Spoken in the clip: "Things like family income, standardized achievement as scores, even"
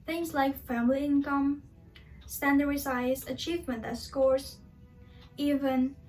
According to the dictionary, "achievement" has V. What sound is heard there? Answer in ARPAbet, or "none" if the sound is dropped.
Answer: V